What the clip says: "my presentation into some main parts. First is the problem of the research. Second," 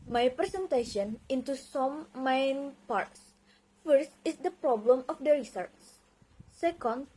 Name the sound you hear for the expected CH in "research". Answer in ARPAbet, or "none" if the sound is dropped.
S